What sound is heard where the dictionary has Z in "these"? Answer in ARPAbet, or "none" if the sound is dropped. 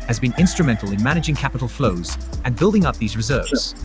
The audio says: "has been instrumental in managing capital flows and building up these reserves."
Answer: Z